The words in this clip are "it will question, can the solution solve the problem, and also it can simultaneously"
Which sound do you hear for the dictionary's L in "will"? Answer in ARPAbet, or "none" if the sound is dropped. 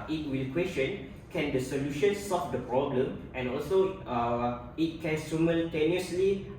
L